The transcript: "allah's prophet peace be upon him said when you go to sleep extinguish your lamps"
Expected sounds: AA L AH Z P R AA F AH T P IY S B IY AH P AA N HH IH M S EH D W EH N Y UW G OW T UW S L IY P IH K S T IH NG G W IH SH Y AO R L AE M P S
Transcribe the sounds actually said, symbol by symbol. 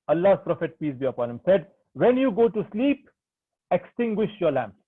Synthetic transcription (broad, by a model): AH L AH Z P R AA F AH T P IY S B IY AH P AA N HH IH M S EH D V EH N Y UW G OW T UW S L IY P IH K S T IH NG G W IH SH Y AO R L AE M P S